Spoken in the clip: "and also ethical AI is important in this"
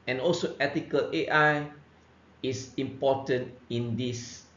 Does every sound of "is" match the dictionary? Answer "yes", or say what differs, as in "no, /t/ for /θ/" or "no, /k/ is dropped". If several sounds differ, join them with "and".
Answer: no, /s/ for /z/